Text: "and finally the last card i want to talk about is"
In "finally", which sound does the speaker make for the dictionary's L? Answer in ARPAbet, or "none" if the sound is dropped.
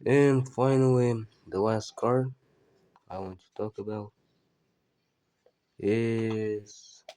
W